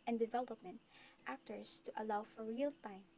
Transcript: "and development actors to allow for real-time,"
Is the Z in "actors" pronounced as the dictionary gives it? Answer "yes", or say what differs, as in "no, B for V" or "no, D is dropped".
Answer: no, S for Z